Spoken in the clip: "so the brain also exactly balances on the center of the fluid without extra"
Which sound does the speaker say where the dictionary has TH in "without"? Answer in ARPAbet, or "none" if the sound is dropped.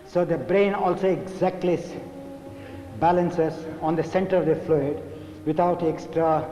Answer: T